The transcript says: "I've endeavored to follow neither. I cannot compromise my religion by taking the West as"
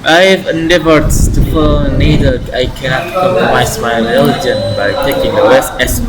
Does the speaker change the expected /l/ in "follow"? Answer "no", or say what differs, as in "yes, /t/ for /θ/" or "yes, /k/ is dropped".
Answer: yes, /n/ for /l/